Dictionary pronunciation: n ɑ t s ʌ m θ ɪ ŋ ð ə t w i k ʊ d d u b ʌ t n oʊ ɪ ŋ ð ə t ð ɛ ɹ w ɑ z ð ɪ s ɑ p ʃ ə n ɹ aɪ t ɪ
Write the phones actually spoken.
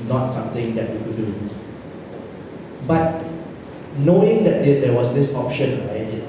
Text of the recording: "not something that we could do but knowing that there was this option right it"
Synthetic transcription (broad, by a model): n ɑ t s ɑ m t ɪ ŋ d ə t w i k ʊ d d u b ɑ t n oʊ ɪ ŋ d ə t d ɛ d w ɑ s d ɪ s ɑ p ʃ ə n ɹ aɪ t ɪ